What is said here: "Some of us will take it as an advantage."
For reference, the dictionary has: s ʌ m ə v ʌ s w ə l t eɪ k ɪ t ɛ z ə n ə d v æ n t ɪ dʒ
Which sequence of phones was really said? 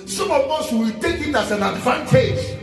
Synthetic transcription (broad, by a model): s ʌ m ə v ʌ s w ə w t eɪ k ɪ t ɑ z ə n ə d v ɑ n t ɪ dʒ